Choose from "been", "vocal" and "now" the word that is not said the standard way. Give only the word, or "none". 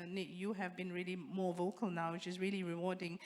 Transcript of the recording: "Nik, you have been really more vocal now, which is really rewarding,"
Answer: none